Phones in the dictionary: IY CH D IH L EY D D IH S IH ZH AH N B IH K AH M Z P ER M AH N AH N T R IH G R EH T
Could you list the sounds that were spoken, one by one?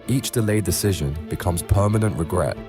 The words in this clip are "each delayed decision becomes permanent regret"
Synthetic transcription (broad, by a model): IY CH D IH L EY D D IH S IH ZH AH N B IH K AH M Z P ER M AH N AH N T R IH G R EH T